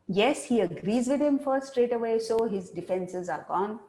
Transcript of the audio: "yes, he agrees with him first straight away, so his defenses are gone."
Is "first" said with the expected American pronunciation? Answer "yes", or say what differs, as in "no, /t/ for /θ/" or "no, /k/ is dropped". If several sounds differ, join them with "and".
no, /s/ is dropped